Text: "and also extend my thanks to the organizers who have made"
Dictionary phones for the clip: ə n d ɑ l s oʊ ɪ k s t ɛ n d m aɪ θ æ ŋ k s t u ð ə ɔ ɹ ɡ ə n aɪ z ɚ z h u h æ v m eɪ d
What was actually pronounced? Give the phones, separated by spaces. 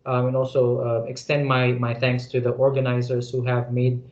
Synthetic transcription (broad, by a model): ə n ɑ l s oʊ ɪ k s t ɛ n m m aɪ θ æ ŋ k s t u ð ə ɔ ɹ ɡ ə n aɪ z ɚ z h u h æ v m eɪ d